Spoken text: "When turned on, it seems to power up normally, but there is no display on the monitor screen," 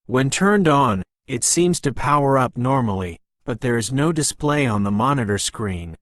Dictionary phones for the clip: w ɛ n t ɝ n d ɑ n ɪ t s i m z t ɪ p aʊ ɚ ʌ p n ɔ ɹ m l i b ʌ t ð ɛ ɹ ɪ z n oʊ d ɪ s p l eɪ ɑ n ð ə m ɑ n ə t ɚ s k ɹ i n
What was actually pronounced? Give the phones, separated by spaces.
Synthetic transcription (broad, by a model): w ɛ n t ɝ n d n ɪ t s i m z t ɪ p aʊ ɚ ʌ p n ɔ ɹ m l i b ʌ t ð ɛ ɹ ɪ z n oʊ d ɪ s p l eɪ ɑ n ð ə m ɑ n ə t ɚ s k ɹ i n